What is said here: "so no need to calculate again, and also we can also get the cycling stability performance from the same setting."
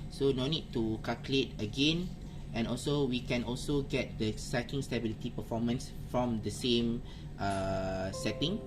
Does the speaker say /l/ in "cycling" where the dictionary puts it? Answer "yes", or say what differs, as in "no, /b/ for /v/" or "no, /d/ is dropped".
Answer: no, /l/ is dropped